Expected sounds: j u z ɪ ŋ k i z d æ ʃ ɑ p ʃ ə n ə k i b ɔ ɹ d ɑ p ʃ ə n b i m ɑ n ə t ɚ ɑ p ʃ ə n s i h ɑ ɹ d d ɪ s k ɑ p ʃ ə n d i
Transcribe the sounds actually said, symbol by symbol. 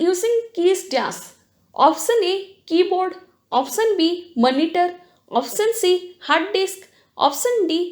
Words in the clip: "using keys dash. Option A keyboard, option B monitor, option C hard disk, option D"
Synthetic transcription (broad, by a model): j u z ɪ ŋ k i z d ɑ s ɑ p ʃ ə n ə k i b ɔ ɹ d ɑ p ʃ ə n b i m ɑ n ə t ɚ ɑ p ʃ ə n s i h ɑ ɹ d d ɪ s k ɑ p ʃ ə n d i